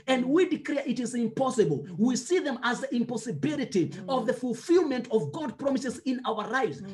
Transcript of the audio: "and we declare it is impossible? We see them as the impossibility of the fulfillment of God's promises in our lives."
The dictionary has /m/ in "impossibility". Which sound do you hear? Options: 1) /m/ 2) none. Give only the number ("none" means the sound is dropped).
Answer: 1